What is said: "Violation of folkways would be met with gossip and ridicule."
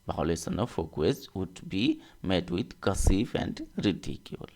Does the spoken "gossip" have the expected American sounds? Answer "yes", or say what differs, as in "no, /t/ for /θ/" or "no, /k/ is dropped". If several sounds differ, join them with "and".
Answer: no, /f/ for /p/